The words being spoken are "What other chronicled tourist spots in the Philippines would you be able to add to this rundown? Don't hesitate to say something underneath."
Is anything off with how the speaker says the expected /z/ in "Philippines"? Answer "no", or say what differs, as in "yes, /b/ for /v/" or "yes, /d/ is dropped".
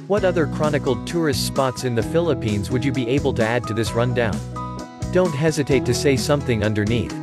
no